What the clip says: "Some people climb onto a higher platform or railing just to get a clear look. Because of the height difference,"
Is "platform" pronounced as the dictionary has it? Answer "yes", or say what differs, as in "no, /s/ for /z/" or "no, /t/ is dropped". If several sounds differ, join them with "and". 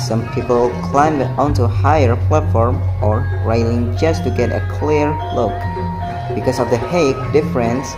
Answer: yes